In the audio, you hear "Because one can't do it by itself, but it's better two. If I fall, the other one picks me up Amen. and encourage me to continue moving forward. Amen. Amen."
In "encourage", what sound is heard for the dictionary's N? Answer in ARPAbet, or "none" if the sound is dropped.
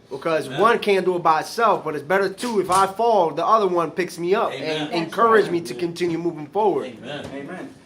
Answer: N